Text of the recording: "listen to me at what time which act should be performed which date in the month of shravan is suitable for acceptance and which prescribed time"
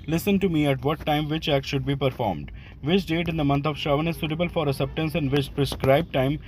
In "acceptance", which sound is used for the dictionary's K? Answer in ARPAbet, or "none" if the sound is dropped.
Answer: none